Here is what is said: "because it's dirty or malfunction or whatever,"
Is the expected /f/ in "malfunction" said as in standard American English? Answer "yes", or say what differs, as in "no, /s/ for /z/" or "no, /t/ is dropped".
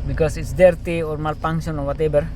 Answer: no, /p/ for /f/